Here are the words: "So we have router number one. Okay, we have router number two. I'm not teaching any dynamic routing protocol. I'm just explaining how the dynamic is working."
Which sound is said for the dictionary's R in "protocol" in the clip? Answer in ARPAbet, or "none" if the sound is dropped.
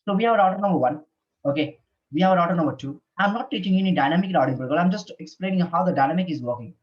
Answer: none